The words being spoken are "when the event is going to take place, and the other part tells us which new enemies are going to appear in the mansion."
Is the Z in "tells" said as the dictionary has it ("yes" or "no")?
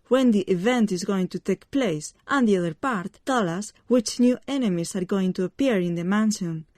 no